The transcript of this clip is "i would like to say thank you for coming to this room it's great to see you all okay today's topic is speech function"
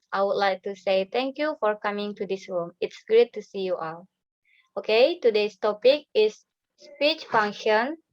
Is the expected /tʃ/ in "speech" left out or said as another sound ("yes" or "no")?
no